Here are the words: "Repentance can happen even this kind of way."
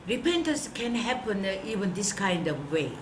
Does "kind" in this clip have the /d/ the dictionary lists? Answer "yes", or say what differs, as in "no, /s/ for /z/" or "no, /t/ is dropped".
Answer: yes